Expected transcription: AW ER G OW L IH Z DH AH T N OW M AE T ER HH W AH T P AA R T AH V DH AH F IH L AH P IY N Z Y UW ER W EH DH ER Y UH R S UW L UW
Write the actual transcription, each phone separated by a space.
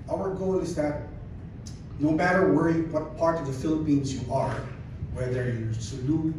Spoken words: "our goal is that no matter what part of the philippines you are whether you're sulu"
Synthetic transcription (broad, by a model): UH ER G OW L IH Z DH AH T N OW M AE T ER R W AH T P AA R T AH V DH AH F IH L AH P IY N Z Y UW ER W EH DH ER Y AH R S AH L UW